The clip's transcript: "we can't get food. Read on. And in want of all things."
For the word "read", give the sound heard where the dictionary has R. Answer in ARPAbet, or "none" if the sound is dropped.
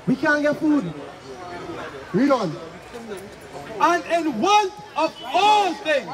W